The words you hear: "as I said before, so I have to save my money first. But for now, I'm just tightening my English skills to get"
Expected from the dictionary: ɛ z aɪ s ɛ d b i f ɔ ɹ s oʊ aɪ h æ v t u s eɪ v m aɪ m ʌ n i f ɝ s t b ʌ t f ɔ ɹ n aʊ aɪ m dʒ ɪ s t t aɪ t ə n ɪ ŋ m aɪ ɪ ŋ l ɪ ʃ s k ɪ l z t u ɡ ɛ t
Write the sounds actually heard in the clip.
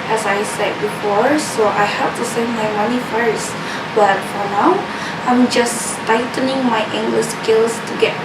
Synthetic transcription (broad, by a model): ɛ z aɪ s ɛ d b i f ɔ ɹ s oʊ aɪ h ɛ p t u s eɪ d m aɪ m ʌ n i f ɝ s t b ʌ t f ɔ ɹ n aʊ aɪ m dʒ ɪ s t t aɪ t ə n ɪ ŋ m aɪ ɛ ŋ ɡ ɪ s k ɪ l s t u ɡ ɛ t